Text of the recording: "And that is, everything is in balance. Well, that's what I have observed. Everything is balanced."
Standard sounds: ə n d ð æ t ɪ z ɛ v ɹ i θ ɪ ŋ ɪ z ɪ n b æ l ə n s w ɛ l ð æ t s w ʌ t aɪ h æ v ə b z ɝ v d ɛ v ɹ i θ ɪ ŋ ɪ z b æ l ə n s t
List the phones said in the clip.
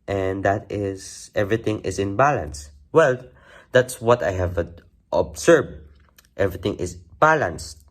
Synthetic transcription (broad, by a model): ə n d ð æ t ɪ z ɛ v ɹ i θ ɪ ŋ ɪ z ɪ n b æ l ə n s w ɛ l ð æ t s w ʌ t aɪ h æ v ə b s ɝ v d ɛ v ɹ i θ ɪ ŋ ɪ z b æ l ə n s t